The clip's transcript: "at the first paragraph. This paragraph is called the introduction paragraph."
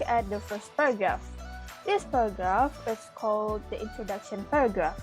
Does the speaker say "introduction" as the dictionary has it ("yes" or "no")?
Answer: yes